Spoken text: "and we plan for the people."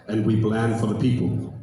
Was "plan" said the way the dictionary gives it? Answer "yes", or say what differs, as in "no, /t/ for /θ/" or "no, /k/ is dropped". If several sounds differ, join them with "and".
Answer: no, /b/ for /p/